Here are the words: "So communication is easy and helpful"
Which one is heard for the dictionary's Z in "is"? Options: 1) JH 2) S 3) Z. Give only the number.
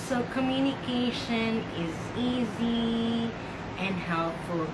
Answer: 3